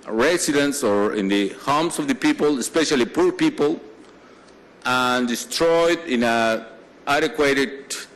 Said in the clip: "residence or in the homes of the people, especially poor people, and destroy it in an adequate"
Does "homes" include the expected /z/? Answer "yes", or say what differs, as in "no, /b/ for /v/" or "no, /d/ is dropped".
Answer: no, /s/ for /z/